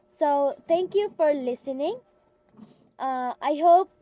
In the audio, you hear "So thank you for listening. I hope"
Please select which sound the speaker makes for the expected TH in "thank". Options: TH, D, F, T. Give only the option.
T